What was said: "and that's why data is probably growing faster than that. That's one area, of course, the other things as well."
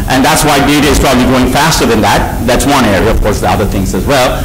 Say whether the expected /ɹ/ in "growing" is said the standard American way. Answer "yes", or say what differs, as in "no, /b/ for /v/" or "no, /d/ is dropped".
no, /ɹ/ is dropped